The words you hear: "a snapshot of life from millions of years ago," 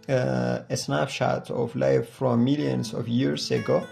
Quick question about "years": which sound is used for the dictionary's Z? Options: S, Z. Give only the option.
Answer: S